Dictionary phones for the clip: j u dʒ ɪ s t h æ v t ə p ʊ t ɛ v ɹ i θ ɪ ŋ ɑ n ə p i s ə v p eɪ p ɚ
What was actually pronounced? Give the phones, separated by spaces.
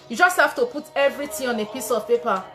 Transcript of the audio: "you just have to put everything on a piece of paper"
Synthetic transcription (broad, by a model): j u dʒ ɪ s t h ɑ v t ə p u t ɛ v ɹ i t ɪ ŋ ɑ n ə p i s ə v p eɪ p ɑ